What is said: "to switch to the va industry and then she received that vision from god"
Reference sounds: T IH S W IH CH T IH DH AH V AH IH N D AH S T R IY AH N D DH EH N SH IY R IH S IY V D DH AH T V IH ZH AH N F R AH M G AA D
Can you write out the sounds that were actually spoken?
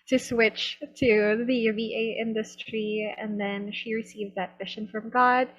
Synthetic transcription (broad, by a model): T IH S W IH CH T IH DH AH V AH IH N D AH S T R IY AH N DH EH N SH IY R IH S IY V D DH AH T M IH SH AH N F R AH M G AA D